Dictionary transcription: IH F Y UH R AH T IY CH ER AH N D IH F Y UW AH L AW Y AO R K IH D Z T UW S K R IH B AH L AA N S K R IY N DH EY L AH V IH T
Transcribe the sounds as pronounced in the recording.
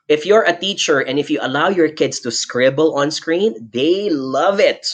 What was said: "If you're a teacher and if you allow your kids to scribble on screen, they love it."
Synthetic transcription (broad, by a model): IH F Y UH R AH T IY CH ER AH N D IH F Y UW AH L AW Y AO R K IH D S T UW S K R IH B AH L AA N S K R IY N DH EY L AH V IH T